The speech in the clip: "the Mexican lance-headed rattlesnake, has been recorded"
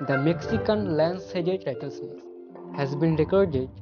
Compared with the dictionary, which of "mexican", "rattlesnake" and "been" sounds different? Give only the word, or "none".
rattlesnake